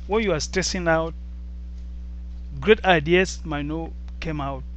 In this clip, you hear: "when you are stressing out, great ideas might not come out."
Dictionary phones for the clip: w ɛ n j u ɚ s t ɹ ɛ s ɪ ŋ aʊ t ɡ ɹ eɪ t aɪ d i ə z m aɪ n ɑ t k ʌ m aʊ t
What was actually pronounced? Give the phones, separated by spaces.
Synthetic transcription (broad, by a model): w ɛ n j u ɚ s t ɛ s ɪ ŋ aʊ t ɡ ɹ eɪ t aɪ d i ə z m aɪ n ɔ k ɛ m aʊ t